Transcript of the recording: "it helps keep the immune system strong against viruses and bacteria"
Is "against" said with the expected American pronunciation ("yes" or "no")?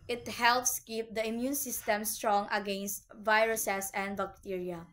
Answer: yes